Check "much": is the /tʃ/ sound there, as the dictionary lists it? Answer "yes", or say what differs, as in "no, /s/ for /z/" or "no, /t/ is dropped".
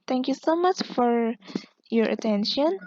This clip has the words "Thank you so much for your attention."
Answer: yes